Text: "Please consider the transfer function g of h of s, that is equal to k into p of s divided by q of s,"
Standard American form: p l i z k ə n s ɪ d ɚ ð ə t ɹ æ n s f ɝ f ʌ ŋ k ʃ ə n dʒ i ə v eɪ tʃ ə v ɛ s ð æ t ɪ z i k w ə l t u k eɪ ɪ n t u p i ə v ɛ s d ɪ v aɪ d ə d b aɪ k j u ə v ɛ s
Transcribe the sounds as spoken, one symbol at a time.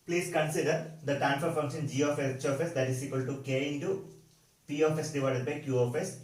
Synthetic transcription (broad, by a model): p l i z k ə n s ɪ d ɚ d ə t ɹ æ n f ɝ f ʌ ŋ k ʃ ə n dʒ i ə f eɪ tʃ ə f ɛ s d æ t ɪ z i k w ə l t u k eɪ ɪ n t u p i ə f ɛ s d ɪ v aɪ d ə d b aɪ k j u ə f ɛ s